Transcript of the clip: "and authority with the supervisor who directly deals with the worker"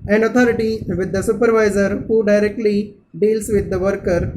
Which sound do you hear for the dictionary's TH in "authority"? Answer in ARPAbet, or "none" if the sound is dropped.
T